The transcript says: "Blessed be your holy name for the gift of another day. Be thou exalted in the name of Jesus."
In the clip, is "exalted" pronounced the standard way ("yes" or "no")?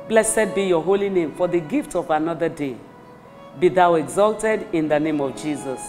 yes